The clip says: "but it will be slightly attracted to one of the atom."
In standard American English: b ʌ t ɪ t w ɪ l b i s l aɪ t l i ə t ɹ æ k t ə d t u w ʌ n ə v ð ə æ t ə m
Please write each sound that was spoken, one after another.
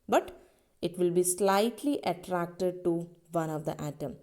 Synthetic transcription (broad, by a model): b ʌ t ɪ t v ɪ l b i s l aɪ t l i ə t ɹ æ k t ə d t u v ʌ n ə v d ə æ t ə m